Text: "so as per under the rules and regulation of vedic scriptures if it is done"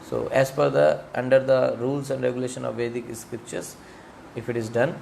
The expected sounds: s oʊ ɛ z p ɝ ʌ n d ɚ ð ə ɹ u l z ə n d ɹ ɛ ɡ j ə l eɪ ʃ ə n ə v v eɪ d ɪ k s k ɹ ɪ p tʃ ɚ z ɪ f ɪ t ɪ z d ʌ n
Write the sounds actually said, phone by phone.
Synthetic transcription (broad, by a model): s oʊ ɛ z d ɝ ʌ n d ɚ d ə ɹ u l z ə n d ɹ ɛ ɡ j ə l eɪ ʃ ə n ə v v eɪ d ɪ k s k ɹ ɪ p tʃ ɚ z ɪ f ɪ t ɪ z d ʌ n